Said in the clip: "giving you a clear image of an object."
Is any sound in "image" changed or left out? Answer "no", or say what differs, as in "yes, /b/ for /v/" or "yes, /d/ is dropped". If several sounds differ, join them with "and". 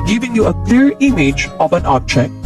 no